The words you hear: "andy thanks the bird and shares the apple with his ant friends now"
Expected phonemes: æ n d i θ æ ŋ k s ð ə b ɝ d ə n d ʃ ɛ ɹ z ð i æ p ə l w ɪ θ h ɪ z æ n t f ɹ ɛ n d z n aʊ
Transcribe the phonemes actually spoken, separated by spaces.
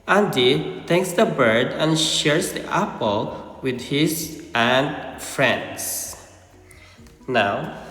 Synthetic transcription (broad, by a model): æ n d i t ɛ k s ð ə b ɝ d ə n ʃ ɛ ɹ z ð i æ p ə l w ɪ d h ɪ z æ n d f ɹ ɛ n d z n aʊ